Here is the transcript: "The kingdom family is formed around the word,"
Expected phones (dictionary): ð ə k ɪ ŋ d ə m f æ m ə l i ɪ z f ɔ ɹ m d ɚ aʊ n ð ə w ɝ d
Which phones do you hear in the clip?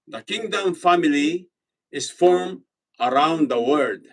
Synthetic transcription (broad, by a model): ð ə k ɪ ŋ d ə m f æ m ə l i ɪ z f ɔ ɹ m ɚ aʊ n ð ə w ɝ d